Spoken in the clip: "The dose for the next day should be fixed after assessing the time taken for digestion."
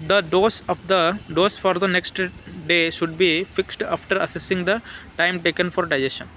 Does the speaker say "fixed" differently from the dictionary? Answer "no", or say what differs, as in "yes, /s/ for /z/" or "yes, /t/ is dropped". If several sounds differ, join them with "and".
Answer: no